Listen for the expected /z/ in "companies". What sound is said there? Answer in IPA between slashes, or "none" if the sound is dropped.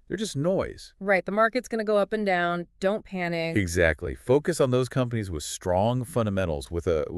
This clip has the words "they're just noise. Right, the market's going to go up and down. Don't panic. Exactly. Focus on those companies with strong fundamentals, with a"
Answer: /z/